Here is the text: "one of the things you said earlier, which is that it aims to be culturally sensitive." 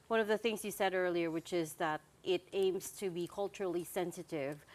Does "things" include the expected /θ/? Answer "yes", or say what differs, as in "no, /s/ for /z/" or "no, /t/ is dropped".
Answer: yes